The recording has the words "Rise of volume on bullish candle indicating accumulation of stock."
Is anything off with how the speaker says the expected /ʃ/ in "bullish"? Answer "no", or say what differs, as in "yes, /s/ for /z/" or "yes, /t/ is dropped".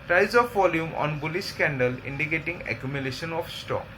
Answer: yes, /s/ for /ʃ/